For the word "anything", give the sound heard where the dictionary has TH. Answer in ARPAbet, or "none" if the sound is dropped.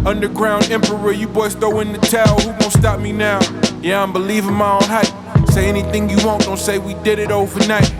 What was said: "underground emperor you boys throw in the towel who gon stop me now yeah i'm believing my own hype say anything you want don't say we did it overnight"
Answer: TH